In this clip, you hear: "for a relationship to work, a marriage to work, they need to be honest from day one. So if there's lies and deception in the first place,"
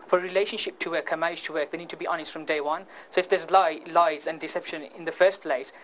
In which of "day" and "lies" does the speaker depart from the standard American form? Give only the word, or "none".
none